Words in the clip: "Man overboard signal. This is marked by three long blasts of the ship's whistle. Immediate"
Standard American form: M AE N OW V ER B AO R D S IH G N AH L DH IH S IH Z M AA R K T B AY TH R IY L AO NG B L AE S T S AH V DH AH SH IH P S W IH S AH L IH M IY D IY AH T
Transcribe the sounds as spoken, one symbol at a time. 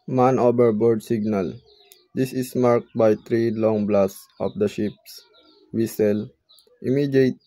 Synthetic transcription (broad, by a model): M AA N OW B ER B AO R D S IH G N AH L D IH S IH S M AA R K T B AY T R IY L AO NG B L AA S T S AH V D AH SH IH P S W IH S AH L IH M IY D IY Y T